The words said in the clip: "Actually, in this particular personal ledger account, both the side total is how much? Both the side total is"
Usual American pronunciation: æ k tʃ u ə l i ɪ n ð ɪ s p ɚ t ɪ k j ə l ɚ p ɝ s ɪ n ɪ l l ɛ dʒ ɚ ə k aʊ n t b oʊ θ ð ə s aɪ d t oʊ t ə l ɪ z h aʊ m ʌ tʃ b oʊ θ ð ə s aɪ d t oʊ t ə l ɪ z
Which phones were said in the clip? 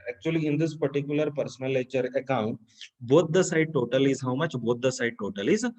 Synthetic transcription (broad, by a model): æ k tʃ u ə l i ɪ n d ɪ s p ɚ t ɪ k j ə l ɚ p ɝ s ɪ n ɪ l l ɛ tʃ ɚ ə k aʊ n t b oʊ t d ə s aɪ d t oʊ t ə l ɪ z h aʊ m ʌ tʃ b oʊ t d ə s aɪ d t oʊ t ə l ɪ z